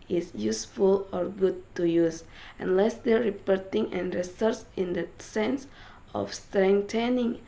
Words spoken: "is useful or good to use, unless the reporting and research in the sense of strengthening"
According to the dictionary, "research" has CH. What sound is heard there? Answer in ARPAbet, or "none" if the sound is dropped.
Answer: S